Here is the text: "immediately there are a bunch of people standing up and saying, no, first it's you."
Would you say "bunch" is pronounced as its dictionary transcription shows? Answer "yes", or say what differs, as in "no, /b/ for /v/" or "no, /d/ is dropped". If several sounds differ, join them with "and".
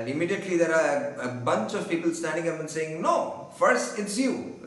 no, /s/ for /tʃ/